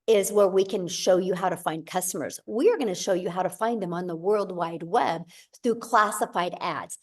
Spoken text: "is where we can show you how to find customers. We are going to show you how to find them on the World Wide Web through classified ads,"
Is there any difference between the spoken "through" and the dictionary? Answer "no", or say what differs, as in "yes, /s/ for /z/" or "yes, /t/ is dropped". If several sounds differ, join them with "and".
no